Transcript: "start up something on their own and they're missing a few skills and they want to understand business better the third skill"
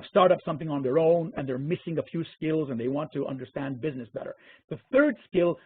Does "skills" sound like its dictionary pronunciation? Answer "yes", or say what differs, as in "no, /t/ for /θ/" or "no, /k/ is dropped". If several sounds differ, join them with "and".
yes